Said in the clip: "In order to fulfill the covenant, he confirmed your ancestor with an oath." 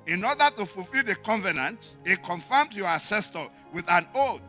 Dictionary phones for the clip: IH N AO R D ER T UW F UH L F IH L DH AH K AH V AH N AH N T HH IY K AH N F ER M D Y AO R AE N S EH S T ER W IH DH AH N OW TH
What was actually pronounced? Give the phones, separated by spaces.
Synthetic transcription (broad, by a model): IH N AO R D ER T UW F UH L F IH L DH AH K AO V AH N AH N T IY K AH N F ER M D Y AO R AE S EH S T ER W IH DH AH N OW